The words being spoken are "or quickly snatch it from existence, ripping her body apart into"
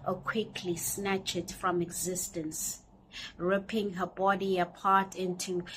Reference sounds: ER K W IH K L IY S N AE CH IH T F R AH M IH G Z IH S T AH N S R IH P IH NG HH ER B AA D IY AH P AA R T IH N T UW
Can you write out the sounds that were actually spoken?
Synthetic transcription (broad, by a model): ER K W IH K L IY S N AE CH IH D F R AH M IH G Z IH S T AH N S R IH P IH NG HH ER B AA D IY AH P AA R T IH N T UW